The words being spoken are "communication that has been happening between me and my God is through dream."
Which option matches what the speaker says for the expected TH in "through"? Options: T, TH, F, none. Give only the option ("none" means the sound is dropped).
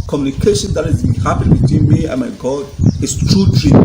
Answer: T